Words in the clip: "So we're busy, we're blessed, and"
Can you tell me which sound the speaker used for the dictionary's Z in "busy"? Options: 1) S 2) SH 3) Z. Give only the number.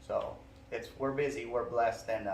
3